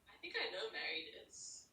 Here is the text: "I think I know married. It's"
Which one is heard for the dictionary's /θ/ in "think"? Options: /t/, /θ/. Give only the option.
/θ/